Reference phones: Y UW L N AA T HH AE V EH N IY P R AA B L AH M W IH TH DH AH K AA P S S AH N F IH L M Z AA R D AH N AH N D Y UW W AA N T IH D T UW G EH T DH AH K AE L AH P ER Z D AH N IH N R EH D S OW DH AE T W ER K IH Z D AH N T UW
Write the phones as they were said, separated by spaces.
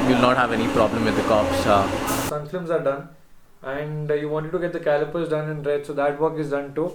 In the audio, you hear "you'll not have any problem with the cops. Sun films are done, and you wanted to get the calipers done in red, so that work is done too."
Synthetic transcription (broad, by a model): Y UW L N AA T HH AE V EH N IY P R AA B L AH M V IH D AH K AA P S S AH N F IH M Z AA R D AH N AH N D Y UW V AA N T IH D T UW G EH T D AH K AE L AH P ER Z D AH N IH N R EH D S OW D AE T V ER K IH Z D AH N T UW